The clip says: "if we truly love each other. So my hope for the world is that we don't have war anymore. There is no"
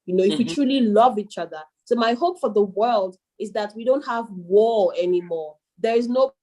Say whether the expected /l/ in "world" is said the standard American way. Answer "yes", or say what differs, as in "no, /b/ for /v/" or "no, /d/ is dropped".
yes